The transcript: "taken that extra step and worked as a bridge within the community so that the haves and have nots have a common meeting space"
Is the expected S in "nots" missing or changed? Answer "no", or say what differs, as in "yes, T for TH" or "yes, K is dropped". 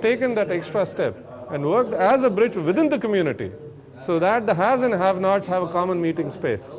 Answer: yes, S is dropped